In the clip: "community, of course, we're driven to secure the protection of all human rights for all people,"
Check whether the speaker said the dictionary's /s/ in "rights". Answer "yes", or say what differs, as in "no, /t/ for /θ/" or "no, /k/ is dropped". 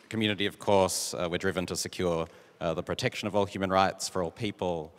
yes